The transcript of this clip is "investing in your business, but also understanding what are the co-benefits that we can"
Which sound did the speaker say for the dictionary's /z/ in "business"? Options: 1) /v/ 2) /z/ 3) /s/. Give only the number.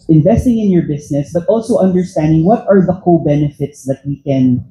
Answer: 3